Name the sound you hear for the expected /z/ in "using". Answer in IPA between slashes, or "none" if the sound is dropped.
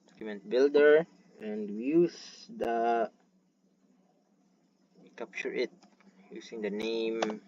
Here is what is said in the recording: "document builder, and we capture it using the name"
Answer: /s/